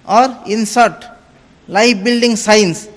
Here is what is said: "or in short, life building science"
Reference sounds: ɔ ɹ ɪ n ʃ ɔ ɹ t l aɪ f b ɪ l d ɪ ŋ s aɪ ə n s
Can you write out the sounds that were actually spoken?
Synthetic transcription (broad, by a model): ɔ ɹ ɪ n s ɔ ɹ t l aɪ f b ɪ l d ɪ ŋ s aɪ n s